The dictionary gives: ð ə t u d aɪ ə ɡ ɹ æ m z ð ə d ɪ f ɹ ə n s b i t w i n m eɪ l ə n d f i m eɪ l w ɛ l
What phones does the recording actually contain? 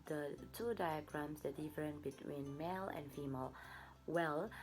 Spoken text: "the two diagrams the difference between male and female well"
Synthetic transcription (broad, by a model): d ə t u d aɪ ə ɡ ɹ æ m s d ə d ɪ f ɹ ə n b i t w i n m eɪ l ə n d f i m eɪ l w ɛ l